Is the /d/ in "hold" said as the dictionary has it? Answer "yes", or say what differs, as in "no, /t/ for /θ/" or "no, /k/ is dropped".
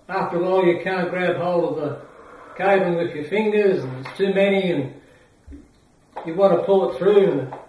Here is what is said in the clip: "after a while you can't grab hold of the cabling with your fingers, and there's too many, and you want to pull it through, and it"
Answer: no, /d/ is dropped